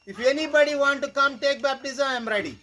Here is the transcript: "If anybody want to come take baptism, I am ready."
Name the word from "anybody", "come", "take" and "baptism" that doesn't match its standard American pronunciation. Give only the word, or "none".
baptism